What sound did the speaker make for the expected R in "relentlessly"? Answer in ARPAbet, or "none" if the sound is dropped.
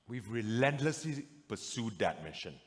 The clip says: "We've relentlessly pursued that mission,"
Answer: R